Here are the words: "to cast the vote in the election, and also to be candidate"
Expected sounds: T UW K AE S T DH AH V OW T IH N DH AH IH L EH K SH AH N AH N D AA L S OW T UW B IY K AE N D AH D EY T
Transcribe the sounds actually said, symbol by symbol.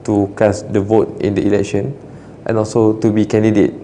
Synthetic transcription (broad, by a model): T UW K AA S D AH V OW T IH N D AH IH L EH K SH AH N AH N AA L S OW T UW B IY K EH N D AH D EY T